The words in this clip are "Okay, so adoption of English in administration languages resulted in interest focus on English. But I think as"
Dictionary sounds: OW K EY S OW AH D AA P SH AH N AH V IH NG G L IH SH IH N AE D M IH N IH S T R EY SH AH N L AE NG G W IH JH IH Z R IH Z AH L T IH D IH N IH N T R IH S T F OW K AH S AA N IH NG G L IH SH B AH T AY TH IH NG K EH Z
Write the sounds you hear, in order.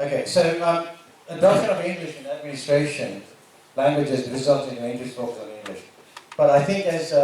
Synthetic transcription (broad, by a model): OW K EY S OW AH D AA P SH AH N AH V IH NG G L IH SH IH N AE D M IH N IH S T R EY SH AH N L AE NG G W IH JH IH Z R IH Z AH L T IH IH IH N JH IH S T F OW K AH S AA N IH NG G L IH SH B AH T AY TH IH NG K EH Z